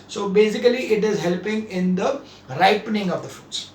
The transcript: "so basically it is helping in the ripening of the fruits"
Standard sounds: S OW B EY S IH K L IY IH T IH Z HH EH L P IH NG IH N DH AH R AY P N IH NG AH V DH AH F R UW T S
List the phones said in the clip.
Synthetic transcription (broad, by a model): S OW B EY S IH K L IY IH T IH Z HH EH L P IH NG IH N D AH R AY P N IH NG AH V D AH F R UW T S